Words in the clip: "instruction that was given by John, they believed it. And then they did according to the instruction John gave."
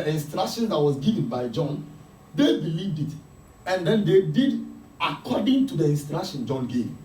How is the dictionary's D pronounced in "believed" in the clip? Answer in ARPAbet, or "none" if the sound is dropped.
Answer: D